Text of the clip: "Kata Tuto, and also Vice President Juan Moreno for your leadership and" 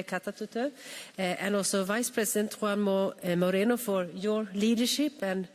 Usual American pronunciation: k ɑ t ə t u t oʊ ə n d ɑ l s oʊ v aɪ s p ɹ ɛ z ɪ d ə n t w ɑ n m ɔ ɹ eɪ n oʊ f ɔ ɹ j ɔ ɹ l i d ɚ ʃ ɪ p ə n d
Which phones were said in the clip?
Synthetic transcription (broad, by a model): k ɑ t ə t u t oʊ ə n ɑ s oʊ v aɪ s p ɹ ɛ s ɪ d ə n t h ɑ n m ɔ ɹ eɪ n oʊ f ɔ ɹ j ɔ ɹ l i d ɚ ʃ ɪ p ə n